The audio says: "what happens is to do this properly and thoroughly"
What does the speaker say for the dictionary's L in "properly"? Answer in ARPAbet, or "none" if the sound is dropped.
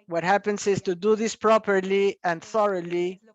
L